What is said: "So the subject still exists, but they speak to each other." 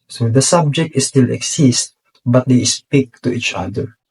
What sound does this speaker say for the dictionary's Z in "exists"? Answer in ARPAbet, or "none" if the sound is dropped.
S